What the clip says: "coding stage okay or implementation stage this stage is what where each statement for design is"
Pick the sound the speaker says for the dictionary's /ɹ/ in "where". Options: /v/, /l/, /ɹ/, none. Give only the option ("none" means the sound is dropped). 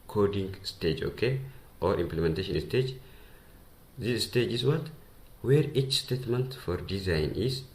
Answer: /ɹ/